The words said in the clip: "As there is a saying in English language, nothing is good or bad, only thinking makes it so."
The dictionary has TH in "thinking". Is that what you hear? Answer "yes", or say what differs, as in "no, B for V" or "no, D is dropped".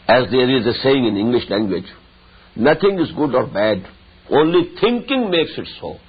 no, T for TH